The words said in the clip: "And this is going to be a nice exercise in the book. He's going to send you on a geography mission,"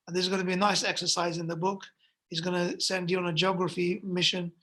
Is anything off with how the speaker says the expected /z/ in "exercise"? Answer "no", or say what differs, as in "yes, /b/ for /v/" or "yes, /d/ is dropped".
no